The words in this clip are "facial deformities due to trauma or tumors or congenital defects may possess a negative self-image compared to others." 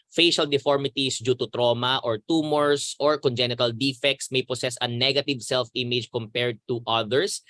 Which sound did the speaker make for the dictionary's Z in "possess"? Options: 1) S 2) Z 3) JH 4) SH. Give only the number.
1